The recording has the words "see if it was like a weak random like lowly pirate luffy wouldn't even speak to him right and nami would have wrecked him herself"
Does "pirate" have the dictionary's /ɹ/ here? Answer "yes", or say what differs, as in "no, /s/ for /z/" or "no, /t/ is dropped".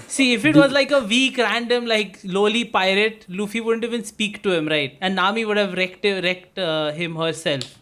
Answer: yes